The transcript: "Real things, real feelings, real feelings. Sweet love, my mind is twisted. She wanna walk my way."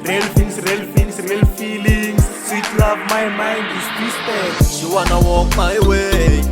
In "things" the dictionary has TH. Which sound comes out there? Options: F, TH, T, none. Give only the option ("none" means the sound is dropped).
F